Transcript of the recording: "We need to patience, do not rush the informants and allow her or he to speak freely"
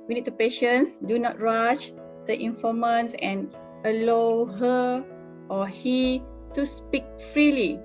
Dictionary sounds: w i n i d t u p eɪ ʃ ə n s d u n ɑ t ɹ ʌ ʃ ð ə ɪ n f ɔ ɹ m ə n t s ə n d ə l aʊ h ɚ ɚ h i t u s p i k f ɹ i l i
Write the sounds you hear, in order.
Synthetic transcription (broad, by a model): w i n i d t u p eɪ ʃ ə n s d u n ɑ t ɹ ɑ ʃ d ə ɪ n f ɔ m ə n s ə n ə l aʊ h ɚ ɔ h i t u s p i k f ɹ i l i